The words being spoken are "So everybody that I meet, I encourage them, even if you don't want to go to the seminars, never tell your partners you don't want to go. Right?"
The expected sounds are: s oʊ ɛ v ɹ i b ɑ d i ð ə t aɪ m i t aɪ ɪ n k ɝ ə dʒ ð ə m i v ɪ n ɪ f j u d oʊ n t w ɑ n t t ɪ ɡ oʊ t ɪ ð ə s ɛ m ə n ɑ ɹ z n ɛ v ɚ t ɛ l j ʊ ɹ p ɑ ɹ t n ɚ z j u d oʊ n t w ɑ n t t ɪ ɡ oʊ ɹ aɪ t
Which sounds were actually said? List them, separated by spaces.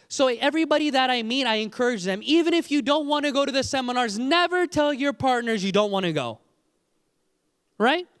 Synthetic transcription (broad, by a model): s oʊ ɛ v ɹ i b ɑ d i ð ə t aɪ m i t aɪ ɪ n k ɝ ə dʒ ð ə m i v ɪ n ɪ f j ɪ d oʊ n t w ɑ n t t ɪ ɡ oʊ t ɪ ð ə s ɛ m ə n ɑ ɹ z n ɛ v ɚ t ɛ l j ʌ ɹ p ɑ ɹ t n ɚ z j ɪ d oʊ n t w ɑ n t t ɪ ɡ oʊ ɹ aɪ t